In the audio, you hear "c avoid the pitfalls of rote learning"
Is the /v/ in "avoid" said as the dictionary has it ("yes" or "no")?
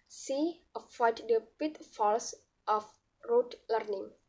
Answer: no